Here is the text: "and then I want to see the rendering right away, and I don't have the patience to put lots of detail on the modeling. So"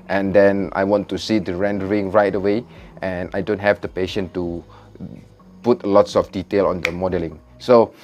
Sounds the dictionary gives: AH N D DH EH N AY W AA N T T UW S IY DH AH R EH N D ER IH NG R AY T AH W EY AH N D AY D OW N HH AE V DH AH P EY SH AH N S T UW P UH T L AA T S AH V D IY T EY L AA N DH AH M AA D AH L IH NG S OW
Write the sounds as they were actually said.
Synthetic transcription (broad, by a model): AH N D EH N AY W AA N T T UW S IY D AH R EH N D ER IH NG R AY T AH W EY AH N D AY D OW N HH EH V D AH P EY SH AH N T UW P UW T L AA T S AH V D IY T EY L AA N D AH M AA D AH L IH NG S OW